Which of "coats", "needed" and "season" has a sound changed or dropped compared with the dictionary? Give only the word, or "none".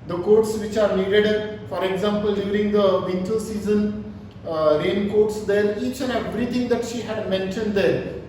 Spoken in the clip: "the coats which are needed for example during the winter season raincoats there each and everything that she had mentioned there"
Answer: none